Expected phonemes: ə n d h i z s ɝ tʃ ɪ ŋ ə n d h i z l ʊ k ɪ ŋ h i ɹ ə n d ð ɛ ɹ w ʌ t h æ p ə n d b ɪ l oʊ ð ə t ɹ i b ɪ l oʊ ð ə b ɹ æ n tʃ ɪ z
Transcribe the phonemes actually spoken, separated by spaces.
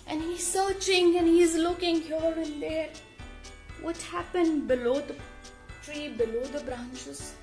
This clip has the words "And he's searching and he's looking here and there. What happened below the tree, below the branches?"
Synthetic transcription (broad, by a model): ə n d h i z s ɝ tʃ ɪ ŋ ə n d h i z l ʊ k ɪ ŋ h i l ə n d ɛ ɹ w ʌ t h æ p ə n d b ɪ l oʊ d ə t ɹ i b ɪ l oʊ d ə b ɹ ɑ n tʃ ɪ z